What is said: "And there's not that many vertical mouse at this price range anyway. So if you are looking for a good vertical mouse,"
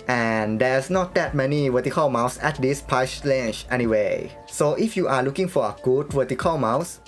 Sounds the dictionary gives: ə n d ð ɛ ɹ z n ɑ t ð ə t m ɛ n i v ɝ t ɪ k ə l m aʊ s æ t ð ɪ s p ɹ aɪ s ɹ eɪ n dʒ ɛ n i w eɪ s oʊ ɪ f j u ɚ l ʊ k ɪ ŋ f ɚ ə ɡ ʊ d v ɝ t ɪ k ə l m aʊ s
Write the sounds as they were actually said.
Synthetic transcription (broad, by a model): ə n d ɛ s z n ɑ t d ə t m ɛ n i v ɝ t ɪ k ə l m aʊ s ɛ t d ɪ s p aɪ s l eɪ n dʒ ɛ n i w eɪ s oʊ ɪ f j u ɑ l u k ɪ ŋ f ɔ ə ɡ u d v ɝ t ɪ k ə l m aʊ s